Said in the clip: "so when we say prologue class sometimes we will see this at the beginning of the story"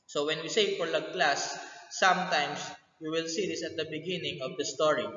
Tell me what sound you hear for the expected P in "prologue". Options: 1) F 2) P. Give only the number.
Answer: 1